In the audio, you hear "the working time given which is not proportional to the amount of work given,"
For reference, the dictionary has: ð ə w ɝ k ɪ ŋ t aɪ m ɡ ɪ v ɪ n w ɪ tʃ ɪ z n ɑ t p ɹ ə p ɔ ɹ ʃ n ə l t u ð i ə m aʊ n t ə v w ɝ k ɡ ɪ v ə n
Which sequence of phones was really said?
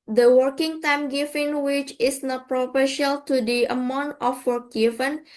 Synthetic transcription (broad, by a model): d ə w ɝ k ɪ ŋ t aɪ m ɡ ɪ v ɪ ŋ w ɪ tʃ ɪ s n ɑ t p ɹ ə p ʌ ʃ ə l t u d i ə m aʊ n t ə f w ɝ k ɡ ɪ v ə n